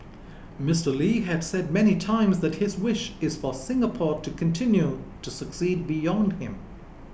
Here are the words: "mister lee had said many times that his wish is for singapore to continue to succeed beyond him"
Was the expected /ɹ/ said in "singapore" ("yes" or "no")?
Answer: yes